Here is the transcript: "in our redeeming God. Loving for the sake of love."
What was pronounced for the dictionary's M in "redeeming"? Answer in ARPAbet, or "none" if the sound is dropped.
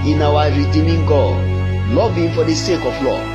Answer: M